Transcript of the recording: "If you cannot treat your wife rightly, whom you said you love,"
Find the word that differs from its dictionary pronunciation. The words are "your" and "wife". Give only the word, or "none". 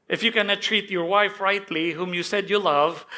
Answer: none